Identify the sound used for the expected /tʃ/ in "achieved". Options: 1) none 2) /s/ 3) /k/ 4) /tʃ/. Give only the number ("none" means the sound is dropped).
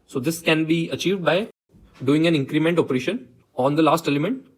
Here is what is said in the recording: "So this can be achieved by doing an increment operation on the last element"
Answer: 4